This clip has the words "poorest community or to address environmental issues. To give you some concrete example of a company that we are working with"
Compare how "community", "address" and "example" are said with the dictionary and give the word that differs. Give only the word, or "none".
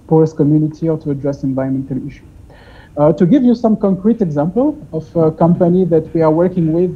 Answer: none